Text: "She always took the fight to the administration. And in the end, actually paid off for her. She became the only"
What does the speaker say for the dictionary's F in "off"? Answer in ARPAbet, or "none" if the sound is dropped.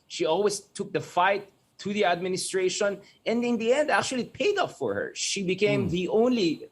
P